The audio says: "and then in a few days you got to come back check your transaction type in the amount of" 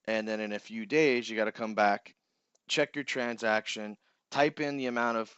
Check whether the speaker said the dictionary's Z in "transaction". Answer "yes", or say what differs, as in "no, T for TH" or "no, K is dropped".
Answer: yes